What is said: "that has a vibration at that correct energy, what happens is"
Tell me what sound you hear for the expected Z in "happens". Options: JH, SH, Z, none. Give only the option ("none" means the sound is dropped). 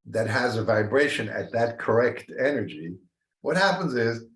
Z